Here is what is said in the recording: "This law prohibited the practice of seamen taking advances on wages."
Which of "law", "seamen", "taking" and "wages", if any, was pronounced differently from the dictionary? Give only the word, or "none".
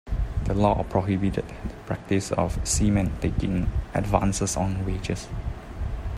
wages